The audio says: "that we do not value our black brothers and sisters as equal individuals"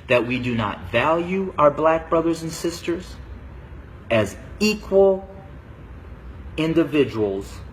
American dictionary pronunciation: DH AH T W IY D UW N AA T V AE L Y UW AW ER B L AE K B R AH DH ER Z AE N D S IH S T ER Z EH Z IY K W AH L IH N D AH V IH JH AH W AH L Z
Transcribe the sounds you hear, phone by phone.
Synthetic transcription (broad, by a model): DH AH T W IY D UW N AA T V AE L Y UW AW ER B L AE K B R AH DH ER Z N S IH S T ER Z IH Z IY K W AH L IH N D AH V IH JH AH W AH L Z